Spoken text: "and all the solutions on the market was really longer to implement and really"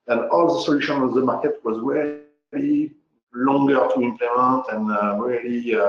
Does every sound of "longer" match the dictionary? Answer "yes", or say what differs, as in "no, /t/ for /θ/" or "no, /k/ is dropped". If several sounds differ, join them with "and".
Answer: yes